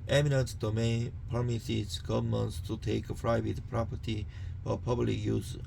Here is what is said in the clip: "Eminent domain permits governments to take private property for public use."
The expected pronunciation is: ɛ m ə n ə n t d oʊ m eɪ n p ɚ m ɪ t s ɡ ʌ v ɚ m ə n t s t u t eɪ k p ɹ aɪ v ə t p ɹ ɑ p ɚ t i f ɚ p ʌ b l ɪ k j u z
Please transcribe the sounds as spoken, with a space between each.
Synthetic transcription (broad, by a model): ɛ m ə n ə n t d oʊ m eɪ n p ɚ m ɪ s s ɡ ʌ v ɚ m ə n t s t u t eɪ k f ɹ aɪ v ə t p ɹ ɑ p ɚ t i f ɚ p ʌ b l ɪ k j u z